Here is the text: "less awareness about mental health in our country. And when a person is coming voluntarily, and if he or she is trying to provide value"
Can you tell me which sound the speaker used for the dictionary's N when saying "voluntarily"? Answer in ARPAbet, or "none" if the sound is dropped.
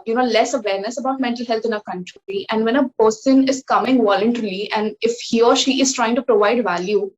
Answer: none